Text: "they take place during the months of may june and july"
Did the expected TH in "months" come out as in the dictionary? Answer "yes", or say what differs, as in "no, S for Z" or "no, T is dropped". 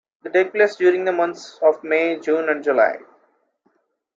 no, T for TH